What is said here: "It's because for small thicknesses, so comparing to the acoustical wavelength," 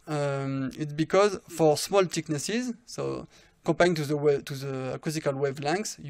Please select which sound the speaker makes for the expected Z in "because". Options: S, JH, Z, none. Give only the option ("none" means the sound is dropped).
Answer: Z